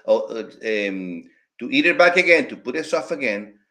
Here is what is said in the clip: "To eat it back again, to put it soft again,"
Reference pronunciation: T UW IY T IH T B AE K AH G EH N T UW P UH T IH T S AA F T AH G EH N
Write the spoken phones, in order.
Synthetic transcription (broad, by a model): T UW IY T IH T B AE K AH G EH N T UW P UH T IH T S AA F AH G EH N